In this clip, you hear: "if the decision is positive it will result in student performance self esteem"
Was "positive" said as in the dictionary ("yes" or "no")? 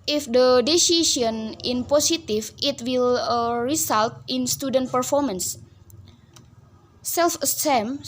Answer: no